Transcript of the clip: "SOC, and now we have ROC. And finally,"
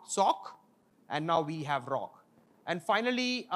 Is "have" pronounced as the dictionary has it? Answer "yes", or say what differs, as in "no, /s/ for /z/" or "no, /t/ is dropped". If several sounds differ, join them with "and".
yes